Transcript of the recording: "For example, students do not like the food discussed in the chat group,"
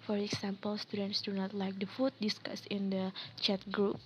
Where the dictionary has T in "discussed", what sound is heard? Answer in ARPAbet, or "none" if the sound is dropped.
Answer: none